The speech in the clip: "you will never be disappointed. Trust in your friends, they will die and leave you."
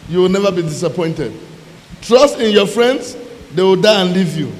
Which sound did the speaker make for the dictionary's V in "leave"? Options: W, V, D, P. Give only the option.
V